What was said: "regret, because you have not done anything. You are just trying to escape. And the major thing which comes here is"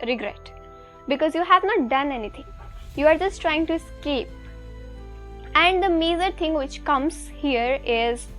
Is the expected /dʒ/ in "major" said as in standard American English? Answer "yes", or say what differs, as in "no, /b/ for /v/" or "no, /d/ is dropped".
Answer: no, /z/ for /dʒ/